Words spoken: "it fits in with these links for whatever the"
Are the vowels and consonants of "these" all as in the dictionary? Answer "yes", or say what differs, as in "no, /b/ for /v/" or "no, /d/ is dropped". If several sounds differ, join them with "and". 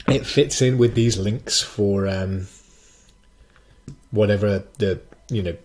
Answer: yes